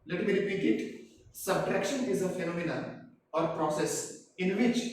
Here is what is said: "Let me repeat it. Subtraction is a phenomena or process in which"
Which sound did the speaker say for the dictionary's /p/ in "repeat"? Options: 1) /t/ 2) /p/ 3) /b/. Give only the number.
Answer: 3